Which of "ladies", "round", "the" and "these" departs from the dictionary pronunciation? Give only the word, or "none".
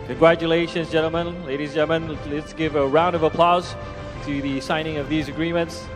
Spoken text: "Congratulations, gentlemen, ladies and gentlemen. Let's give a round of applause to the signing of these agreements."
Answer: none